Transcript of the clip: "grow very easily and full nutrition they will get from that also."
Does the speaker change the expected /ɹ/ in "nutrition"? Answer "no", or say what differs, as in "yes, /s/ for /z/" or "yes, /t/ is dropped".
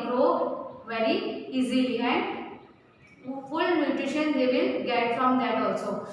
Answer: yes, /ɹ/ is dropped